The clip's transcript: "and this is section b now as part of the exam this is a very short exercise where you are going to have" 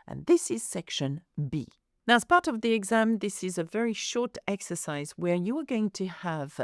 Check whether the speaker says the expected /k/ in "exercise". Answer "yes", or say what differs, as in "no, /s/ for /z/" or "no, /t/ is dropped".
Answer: yes